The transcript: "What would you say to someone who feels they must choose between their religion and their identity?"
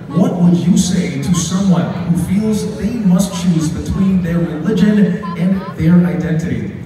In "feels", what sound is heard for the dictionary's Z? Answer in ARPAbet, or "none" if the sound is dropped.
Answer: Z